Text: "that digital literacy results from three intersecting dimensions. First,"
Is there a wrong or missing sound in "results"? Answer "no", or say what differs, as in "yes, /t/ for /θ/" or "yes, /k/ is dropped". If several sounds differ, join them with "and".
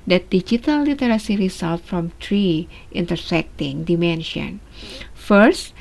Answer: yes, /s/ is dropped